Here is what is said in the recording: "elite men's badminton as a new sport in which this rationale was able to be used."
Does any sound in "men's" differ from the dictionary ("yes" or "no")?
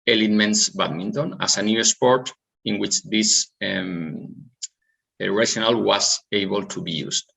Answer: yes